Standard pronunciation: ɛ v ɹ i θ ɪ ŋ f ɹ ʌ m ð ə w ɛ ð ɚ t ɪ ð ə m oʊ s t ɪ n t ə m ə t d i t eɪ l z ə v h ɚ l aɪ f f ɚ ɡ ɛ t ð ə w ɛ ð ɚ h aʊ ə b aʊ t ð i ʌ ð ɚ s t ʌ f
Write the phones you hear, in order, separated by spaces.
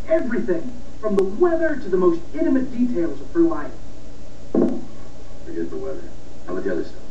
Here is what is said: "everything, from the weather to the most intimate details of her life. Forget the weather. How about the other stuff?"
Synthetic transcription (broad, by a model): ɛ v ɹ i θ ɪ ŋ f ɹ ʌ m ð ə w ɛ ð ɚ t ɪ ð ə m oʊ s t ɪ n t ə m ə t d i t eɪ l z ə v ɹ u l aɪ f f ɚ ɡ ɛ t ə w ɛ ð ɚ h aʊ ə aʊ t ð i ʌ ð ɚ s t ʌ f